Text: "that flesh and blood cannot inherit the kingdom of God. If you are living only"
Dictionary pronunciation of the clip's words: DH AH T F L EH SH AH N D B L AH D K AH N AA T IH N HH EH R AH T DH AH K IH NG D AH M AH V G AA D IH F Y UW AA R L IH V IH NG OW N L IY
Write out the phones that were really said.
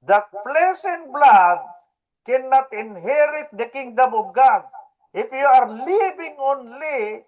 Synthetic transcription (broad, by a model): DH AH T P L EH S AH N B L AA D K AH N AA T IH N HH EH R AH T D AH K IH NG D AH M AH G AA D IH F Y UW AA R L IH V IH NG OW N L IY